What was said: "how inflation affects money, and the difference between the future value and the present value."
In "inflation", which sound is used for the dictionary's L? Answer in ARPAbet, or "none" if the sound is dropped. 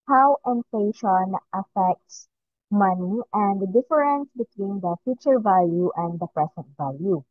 none